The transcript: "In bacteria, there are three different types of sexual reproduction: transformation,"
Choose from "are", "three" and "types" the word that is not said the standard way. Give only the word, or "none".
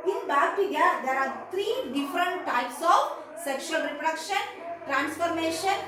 three